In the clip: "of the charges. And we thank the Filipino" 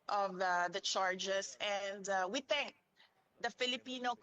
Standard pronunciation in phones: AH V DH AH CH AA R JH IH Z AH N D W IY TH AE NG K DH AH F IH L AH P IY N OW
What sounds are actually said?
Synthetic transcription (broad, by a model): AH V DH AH CH AA R JH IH S AH N D W IY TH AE NG K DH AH F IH L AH P IY N OW